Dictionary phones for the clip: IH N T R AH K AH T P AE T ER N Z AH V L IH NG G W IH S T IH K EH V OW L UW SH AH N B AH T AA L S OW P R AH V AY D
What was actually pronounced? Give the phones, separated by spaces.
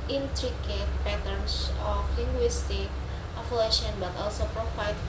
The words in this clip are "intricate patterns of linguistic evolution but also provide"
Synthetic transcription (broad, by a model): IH N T R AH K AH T P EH T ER N S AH F L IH NG G W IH S T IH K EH F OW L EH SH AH N B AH T AA L S OW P R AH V AY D